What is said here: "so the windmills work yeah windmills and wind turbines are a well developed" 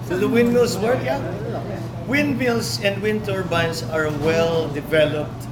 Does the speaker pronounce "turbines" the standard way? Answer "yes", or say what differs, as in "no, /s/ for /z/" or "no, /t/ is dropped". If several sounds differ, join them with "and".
no, /s/ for /z/